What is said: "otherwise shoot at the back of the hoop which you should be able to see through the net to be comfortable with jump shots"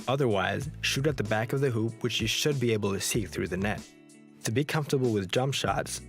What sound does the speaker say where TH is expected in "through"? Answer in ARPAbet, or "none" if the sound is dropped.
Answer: TH